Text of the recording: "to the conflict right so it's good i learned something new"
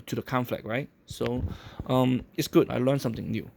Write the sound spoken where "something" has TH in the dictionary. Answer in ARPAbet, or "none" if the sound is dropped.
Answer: T